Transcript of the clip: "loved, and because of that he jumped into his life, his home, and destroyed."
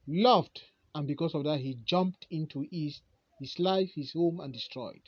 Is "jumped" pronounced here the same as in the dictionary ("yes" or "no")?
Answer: yes